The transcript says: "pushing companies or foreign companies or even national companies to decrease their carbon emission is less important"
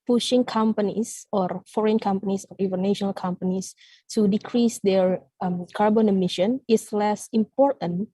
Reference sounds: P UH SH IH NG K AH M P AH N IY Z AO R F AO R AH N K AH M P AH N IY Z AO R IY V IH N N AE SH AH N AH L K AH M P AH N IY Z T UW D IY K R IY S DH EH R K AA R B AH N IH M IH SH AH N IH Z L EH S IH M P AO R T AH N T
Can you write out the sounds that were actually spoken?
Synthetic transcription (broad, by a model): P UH SH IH NG K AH M P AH N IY S AO R F AO R AH N K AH M P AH N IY S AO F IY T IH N N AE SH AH N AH L K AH M P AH N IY S T UW D IY K R IY S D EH R K AA R B AH N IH M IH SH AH N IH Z L EH S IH M P AO R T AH N